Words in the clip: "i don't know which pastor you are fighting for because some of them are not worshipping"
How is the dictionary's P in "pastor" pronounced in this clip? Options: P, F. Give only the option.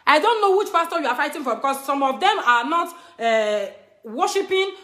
F